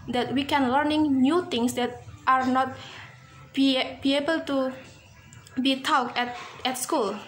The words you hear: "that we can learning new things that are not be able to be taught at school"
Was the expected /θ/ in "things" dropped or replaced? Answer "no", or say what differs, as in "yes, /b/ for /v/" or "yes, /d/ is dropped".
yes, /t/ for /θ/